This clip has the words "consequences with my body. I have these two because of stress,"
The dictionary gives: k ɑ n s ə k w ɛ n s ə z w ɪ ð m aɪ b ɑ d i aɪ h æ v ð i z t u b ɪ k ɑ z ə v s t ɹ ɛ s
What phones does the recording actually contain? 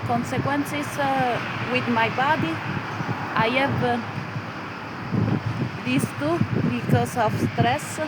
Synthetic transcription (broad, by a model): k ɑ n s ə k w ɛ n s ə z w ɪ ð m aɪ b ɑ d i aɪ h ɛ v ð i s t u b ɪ k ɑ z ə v s t ɹ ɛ s